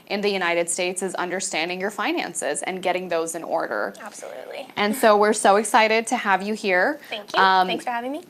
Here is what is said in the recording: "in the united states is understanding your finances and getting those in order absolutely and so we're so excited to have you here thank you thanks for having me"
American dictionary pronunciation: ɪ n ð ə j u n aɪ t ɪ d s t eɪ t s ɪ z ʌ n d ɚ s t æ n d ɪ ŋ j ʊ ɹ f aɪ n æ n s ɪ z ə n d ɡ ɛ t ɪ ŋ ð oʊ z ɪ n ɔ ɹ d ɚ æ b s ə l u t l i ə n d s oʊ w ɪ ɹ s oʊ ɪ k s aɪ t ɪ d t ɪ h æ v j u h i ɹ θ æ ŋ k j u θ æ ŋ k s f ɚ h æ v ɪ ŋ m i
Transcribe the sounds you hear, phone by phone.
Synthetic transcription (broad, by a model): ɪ n ð ə j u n aɪ t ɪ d s t eɪ t s ɪ z ʌ n d ɚ s t æ n d ɪ ŋ j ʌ ɹ f aɪ n æ n s ɪ z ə n ɡ ɛ t ɪ ŋ ð oʊ z ɪ n ɔ ɹ d ɚ æ b s ə l u t l i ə n s oʊ w ɪ ɹ s oʊ ɪ k s aɪ t ɪ d t ɪ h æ v j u h i ɹ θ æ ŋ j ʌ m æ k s f ɚ h æ v ɪ ŋ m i